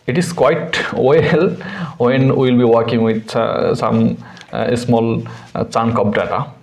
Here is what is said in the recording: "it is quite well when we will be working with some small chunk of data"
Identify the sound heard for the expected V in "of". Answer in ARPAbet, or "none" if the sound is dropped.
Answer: P